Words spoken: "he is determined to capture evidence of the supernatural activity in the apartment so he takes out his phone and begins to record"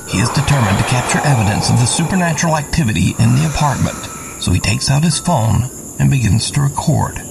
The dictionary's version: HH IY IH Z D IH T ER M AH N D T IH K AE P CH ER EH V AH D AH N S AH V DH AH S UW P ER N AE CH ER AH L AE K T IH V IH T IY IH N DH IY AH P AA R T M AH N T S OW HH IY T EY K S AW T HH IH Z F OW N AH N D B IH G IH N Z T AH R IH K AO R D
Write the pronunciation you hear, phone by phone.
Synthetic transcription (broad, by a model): HH IY IH Z D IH T ER M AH N T IH K AE P CH ER EH V AH D AH N S AH V DH AH S UW P ER N AE CH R L AE K T IH V IH T IY IH N DH IY AH P AA R T M AH N T S OW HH IY T EY K S AW T HH IH Z F OW N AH N B IH G IH N Z T AH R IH K AO R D